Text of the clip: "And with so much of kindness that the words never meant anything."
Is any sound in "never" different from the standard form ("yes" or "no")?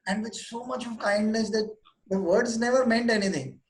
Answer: no